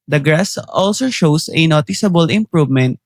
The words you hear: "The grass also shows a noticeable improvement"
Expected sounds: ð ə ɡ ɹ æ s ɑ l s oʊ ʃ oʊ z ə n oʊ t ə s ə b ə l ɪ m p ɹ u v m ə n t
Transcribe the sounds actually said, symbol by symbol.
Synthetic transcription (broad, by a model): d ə ɡ ɹ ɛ s ɑ l s oʊ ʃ oʊ s ə n oʊ t ə s ə b ə l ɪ m p ɹ u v m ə n t